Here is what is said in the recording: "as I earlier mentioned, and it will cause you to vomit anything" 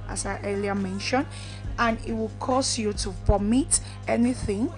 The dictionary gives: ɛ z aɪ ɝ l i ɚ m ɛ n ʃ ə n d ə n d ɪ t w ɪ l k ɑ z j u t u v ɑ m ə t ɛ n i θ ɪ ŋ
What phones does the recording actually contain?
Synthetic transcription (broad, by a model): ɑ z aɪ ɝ l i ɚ m ɛ n ʃ ə n d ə n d ɪ t w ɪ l k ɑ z j u t u p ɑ m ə t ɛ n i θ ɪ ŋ